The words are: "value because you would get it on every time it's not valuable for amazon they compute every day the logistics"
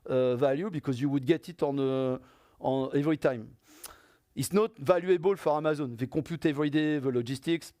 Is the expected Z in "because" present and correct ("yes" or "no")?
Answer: yes